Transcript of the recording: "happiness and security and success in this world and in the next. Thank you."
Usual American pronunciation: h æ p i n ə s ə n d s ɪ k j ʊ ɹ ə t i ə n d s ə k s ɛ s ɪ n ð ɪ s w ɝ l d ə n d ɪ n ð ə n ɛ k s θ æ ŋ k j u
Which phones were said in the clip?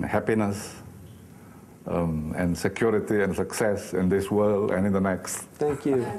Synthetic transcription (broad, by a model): h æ p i n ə s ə n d s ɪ k j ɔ ɹ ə t i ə n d s ə k s ɛ s ɪ n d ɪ s w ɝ l ə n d ɪ n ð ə n ɛ k s t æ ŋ k j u